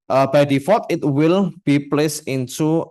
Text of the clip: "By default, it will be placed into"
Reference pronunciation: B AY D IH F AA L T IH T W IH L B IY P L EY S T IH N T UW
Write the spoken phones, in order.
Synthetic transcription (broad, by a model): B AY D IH F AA T IH T W IH L B IY P L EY S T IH N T UW